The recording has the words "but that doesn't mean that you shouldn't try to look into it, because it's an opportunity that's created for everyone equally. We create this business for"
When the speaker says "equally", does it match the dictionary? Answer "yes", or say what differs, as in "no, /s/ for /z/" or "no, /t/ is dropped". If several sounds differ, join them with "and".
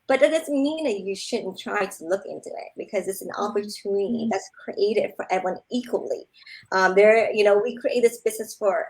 no, /n/ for /l/